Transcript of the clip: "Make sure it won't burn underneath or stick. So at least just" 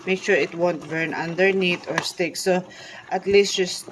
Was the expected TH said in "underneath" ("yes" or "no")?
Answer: no